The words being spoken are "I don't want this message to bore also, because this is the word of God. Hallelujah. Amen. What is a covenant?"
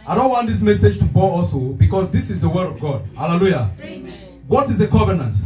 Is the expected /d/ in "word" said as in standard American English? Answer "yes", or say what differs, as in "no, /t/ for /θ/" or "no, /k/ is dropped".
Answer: yes